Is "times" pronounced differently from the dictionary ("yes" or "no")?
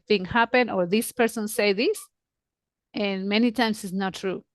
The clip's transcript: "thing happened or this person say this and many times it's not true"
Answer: yes